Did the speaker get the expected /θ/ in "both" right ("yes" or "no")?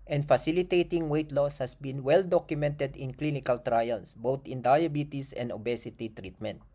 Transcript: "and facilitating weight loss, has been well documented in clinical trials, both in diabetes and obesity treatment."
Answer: no